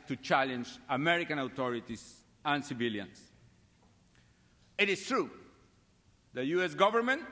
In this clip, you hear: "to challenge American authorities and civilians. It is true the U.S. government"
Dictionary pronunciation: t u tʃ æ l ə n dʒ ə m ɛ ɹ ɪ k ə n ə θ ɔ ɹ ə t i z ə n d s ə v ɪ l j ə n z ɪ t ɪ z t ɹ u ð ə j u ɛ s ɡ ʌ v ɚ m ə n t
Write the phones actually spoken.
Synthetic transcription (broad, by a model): t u tʃ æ l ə n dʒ ə m ɛ ɹ ɪ k ə n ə t ɔ ɹ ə t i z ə n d s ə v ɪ l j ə n s ɪ t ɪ s t ɹ u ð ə j u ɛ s ɡ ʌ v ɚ m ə n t